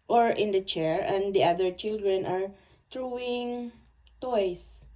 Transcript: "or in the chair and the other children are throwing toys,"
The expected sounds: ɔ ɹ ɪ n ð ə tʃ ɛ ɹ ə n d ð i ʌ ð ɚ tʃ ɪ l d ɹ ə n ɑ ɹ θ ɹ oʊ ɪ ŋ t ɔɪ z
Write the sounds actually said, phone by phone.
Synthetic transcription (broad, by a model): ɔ ɹ ɪ n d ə tʃ ɛ ɹ ə n d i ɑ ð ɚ tʃ ɪ l d ɹ ə n ɑ ɹ t ɹ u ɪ ŋ t ɔɪ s